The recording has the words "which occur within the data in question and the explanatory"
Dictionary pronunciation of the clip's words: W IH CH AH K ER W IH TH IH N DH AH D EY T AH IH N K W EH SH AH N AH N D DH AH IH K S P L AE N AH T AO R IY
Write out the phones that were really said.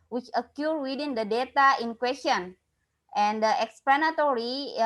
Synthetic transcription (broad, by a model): W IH CH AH K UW W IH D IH N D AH D EY T AH IH N K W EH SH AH N AH N D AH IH K S P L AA N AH T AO R IY